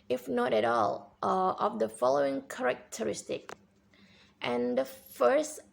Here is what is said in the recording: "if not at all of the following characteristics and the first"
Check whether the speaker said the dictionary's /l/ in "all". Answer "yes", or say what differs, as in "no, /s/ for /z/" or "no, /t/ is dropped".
yes